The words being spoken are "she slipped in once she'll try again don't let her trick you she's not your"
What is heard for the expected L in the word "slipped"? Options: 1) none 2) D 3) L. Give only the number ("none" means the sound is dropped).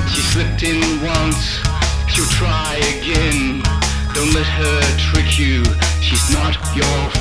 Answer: 3